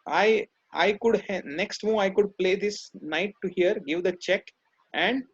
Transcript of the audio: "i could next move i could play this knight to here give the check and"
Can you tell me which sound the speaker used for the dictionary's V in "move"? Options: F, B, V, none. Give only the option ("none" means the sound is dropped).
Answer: none